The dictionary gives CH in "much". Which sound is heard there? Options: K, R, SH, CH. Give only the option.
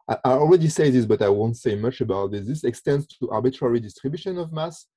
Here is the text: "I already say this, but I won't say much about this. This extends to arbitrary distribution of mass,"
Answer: CH